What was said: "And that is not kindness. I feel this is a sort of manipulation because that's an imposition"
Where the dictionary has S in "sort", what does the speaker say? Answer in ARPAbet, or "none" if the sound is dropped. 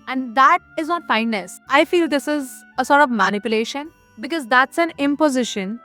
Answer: S